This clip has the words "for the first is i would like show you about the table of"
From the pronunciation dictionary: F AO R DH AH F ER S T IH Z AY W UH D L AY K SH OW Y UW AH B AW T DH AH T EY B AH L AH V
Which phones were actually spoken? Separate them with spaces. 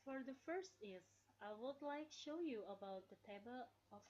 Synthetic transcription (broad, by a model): F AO R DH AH F ER S T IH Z AY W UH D L AY K SH OW Y UW AH B AW T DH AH T EY B AH L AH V